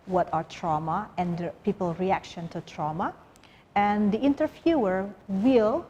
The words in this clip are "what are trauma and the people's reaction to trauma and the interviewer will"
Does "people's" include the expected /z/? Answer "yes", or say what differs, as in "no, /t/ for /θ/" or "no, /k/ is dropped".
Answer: no, /z/ is dropped